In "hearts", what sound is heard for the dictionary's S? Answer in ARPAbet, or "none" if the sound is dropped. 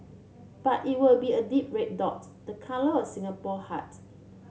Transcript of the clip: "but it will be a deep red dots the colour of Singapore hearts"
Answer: none